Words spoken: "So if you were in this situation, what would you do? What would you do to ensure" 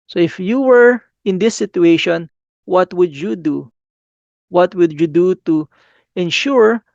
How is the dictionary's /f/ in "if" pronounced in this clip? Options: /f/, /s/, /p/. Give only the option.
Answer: /f/